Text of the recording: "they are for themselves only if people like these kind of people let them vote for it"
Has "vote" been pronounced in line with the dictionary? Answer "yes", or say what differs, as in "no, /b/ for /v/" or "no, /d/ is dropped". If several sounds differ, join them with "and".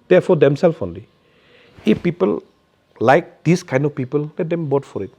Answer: no, /b/ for /v/